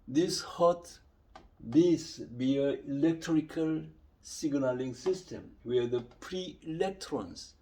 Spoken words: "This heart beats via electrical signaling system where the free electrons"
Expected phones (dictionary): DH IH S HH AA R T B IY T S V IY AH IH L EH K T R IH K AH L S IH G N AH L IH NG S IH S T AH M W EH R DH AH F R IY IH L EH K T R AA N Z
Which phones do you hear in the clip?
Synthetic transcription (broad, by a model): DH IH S HH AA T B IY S B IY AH IH L EH K T R IH K AH L S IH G N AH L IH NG S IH S T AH M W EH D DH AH P R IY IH L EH K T R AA N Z